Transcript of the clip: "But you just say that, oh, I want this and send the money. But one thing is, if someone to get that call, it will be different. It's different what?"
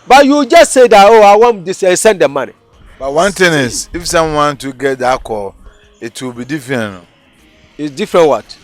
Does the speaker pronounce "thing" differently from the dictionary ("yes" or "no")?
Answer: yes